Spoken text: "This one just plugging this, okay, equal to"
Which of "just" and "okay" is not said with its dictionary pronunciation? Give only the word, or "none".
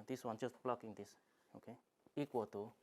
just